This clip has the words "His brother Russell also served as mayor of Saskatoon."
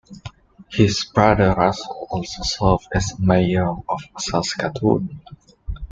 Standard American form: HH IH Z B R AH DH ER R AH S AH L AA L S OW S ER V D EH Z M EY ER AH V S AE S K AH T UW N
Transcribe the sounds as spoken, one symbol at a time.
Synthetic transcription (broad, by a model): HH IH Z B R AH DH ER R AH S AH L AA L S OW S ER V D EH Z M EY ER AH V S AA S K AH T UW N